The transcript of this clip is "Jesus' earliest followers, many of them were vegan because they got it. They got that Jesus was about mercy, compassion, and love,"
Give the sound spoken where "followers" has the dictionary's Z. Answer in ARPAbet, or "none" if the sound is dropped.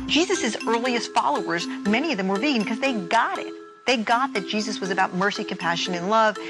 Z